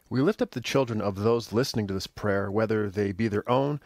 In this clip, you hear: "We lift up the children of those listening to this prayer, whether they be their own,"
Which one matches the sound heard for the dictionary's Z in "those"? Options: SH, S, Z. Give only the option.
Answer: Z